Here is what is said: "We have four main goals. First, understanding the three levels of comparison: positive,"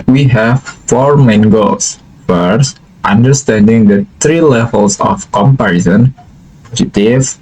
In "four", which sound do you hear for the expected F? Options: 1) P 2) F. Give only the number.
2